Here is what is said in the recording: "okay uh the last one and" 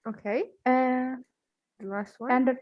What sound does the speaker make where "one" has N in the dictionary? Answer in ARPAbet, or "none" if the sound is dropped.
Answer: none